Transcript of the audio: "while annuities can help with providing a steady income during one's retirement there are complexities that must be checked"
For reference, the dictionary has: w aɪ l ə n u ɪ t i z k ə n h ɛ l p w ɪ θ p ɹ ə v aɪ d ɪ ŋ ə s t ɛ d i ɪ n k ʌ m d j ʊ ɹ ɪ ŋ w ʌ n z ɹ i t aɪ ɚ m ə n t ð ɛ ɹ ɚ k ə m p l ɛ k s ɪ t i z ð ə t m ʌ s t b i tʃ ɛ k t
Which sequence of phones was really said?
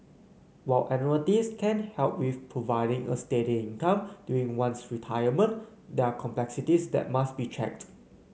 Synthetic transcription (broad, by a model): w aɪ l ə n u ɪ t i s k ə n h ɛ l p w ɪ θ p ɹ ə v aɪ d ɪ ŋ ə s t ɛ d i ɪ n k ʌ m d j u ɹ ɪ ŋ w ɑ n s ɹ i t aɪ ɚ m ə n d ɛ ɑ k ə m p l ɛ k s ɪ t i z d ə t m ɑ s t b i tʃ ɛ k t